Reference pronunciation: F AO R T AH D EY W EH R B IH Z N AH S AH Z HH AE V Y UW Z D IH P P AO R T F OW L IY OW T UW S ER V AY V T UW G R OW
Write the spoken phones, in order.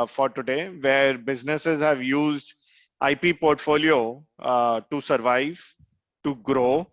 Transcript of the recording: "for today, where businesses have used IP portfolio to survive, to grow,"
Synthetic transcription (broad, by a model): F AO R T AH D EY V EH R B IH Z N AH S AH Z HH AE V Y UW Z D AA P P AO R T F OW L IY OW T UW S ER V AY V T UW G R OW